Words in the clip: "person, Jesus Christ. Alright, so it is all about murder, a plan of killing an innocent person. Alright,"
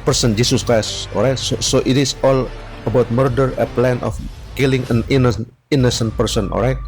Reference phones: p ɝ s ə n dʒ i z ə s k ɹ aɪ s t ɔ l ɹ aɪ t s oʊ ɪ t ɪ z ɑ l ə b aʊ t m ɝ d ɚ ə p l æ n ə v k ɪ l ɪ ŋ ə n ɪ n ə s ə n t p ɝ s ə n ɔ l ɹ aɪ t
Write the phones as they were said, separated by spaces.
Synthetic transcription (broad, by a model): p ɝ s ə n dʒ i s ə s k ɹ aɪ s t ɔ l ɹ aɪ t s oʊ ɪ t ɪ s ɑ l ə b aʊ t m ɝ d ɚ ə p l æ n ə f k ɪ l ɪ ŋ ə n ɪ n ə s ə n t p ɝ s ə n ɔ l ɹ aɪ t